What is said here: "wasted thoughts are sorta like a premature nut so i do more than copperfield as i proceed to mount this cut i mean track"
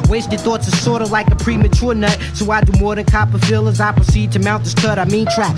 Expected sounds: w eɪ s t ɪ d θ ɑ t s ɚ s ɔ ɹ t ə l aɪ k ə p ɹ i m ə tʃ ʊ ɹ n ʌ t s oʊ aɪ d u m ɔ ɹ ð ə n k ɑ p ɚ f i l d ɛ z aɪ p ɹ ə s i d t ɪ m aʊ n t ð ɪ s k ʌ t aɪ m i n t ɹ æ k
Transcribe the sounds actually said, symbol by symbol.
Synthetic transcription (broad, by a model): w eɪ s t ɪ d θ ɑ t s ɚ s ɔ ɹ t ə l aɪ k ə p ɹ i m ə tʃ ʊ ɹ n ʌ t s oʊ aɪ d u m ɔ ɹ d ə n k ɑ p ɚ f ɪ l ʌ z aɪ p ɹ ə s i d t ɪ m aʊ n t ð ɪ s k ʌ t aɪ m i n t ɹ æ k